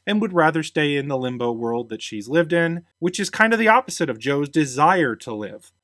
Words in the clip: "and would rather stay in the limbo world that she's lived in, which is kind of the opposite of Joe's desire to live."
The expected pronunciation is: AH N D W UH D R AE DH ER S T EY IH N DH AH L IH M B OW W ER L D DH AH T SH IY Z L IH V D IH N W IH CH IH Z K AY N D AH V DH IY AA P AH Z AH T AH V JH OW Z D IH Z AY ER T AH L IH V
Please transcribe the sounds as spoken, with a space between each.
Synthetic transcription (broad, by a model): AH N W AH D R AE DH ER S T EY IH N DH AH L IH M B OW W ER L D DH AH T SH IY Z L IH V D IH N W IH CH IH Z K AY N D AH V DH IY AA P AH Z AH T AH V JH OW Z D IH Z AY ER T AH L IH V